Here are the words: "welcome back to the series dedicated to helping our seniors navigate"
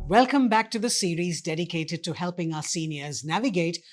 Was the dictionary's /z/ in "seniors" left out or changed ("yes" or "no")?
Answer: no